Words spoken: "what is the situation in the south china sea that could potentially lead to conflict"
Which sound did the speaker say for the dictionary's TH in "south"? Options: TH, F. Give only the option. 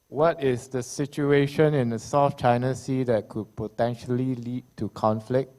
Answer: F